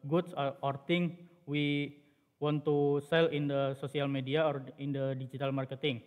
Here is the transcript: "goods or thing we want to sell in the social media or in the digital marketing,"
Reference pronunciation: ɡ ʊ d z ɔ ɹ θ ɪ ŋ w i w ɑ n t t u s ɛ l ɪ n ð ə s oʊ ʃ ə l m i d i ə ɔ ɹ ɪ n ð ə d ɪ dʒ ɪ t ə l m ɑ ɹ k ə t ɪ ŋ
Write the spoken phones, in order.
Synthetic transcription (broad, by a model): ɡ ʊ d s ɔ ɹ t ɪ ŋ w i w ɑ n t t u s ɛ l ɪ n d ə s oʊ s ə l m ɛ d i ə ɔ ɹ ɪ n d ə d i dʒ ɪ t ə l m ɑ ɹ k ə t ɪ ŋ